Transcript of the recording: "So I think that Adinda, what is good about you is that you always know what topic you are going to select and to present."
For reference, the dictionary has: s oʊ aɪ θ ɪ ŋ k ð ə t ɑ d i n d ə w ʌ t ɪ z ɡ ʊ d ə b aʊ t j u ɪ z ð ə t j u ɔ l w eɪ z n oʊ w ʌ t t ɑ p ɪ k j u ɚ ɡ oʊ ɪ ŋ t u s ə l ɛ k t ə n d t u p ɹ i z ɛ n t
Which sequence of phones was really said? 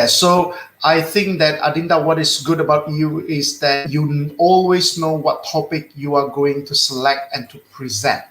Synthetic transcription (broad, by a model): s oʊ aɪ θ ɪ ŋ k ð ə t ɑ d i n d ə w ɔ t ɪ s ɡ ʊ d ə b aʊ t j u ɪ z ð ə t j u ɔ l w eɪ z n oʊ w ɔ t t ɑ p ɪ k j u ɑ ɡ oʊ ɪ ŋ t u s ə l ɛ k t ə n t u p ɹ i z ɛ n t